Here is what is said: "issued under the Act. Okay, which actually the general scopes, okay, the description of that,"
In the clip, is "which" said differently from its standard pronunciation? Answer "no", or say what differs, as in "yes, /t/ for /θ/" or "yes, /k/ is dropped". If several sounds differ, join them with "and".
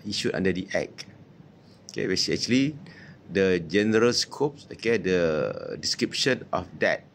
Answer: yes, /s/ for /tʃ/